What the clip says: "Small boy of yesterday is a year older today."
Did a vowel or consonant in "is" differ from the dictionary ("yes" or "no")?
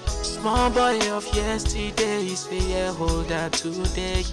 yes